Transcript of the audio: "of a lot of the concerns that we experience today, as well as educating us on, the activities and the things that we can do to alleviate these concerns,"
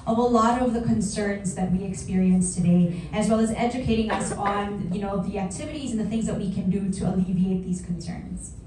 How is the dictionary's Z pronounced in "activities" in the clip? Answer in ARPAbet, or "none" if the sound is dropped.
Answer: Z